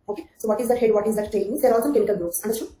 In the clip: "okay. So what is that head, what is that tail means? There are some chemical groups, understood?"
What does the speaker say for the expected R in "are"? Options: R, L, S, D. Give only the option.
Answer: L